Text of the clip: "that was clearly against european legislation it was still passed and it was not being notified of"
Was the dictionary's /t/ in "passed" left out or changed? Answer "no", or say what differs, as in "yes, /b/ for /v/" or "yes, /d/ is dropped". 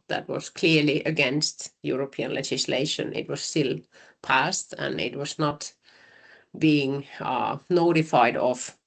no